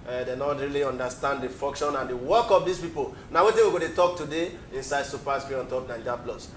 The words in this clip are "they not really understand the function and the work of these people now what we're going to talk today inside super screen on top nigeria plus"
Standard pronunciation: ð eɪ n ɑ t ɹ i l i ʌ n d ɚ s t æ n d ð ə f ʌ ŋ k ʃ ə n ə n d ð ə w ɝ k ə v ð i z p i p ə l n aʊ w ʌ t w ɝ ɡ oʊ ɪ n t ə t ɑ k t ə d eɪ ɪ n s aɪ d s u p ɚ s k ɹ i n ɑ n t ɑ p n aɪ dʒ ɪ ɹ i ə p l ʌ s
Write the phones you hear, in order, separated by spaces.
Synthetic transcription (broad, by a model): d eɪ n ɑ t ɹ i l i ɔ n d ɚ s t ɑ n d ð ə f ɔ ŋ k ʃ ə n ə n d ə w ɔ k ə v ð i s p i p ə l n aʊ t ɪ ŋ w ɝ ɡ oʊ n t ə t ɑ k t ə d eɪ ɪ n s aɪ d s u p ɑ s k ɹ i ɑ n t ɑ p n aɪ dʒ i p l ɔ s